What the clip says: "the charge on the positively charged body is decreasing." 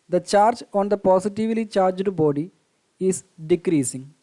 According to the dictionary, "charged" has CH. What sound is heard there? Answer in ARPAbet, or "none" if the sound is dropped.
CH